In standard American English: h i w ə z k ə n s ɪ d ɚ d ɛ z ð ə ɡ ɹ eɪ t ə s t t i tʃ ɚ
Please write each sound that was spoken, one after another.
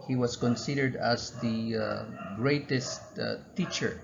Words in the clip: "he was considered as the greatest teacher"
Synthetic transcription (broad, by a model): h i w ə s k ə n s ɪ d ɚ d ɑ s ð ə ɡ ɹ eɪ t ə s t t i tʃ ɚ